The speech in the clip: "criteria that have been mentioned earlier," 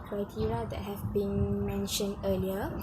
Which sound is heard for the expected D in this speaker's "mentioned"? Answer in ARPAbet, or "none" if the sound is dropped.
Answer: D